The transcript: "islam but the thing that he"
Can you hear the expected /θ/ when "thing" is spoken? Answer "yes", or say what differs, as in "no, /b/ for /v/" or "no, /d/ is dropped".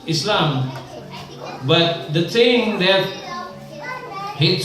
no, /s/ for /θ/